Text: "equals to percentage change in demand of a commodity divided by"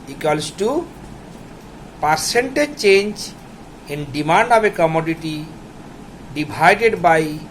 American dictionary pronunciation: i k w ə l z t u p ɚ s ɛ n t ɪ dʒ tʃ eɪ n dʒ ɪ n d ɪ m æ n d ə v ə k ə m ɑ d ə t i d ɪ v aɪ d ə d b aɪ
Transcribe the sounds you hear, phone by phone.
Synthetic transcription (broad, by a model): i k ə l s t u p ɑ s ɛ n t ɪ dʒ tʃ eɪ n dʒ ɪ n d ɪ m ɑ n d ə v ə k ə m ɑ d ə t i d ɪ b aɪ d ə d b aɪ